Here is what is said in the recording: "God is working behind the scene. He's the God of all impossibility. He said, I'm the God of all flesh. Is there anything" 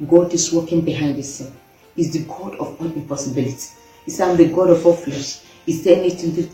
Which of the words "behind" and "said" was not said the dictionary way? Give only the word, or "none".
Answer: said